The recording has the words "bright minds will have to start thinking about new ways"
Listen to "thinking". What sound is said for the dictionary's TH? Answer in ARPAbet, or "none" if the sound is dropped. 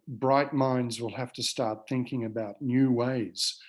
TH